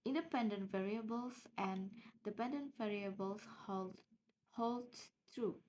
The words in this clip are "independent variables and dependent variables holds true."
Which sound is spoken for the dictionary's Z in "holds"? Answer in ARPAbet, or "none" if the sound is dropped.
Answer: none